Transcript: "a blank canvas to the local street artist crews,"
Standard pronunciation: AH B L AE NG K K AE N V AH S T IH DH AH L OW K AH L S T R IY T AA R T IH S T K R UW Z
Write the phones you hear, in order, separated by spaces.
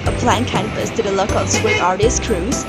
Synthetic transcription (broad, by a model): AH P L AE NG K K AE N P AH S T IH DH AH L OW K AH L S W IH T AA R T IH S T K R UW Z